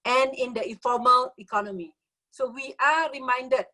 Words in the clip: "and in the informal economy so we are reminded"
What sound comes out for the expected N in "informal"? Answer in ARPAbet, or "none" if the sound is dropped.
none